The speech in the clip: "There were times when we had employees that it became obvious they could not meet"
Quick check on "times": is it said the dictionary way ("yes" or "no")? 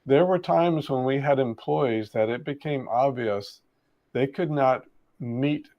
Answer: yes